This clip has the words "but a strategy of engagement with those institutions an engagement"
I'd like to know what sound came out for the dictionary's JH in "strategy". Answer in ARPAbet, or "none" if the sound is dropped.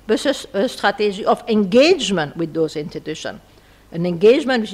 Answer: ZH